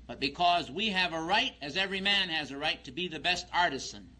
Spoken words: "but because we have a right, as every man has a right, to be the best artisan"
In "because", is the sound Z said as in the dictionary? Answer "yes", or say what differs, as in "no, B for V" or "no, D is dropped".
yes